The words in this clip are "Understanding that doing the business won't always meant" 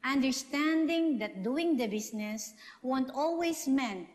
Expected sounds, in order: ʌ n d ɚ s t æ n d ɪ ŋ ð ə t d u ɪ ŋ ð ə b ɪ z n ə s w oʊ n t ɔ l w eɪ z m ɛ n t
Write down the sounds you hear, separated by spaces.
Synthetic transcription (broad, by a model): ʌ n d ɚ s t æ n d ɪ ŋ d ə t d u ɪ ŋ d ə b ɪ s n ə s w oʊ n t ɔ l w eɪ s m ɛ n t